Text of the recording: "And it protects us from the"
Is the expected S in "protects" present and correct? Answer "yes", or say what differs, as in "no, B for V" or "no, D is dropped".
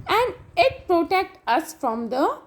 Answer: no, S is dropped